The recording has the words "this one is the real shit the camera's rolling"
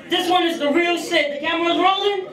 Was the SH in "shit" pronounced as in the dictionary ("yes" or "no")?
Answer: no